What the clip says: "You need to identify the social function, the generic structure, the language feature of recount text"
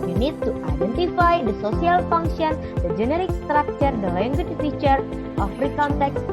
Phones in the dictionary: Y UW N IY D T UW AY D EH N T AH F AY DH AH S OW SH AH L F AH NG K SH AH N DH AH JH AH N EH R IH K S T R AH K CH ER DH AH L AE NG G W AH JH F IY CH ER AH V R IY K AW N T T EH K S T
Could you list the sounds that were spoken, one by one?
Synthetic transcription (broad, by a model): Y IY N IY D T UW AY D EH N T AH F AY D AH S OW S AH L F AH NG K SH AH N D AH JH AH N EH R IH K S T R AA K CH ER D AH L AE NG G W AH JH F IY CH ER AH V R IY K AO N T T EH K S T